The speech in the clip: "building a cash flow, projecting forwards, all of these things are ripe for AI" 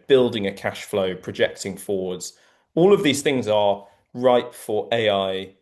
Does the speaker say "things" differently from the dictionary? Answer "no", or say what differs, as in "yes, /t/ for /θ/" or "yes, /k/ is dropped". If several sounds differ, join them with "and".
no